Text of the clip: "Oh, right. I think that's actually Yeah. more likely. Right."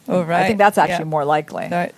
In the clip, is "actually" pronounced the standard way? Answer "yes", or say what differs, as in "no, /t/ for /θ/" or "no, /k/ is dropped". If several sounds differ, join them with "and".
no, /l/ is dropped